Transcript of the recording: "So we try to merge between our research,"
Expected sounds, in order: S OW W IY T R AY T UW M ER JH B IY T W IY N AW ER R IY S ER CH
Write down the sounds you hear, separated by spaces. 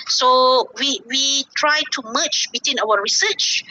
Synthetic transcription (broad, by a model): S OW W IY T R AY T UW M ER CH B IY T W IY N AW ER R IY S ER CH